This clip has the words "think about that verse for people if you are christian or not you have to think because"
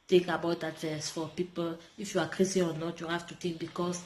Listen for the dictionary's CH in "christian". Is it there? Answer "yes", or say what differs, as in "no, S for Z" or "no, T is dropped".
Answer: no, CH is dropped